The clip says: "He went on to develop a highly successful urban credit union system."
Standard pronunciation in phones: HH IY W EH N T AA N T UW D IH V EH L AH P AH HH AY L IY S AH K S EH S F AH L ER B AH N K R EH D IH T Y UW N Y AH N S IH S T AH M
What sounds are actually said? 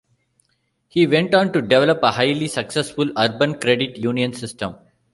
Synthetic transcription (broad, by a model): HH IY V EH N T AA N T UW D IH V EH L AH P AH HH AY L IY S AH K S EH S F AH L ER B AH N K R EH D IH T Y UW N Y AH N S IH S T AH M